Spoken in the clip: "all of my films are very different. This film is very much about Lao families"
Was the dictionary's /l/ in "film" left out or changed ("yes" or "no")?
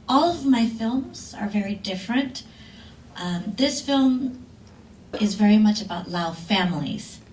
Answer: no